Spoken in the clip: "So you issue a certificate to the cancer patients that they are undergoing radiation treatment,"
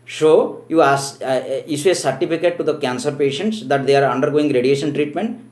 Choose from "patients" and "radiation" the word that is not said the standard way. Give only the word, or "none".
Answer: none